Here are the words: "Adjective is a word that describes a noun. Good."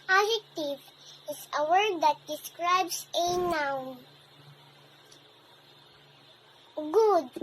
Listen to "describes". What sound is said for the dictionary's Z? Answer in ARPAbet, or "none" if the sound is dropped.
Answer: S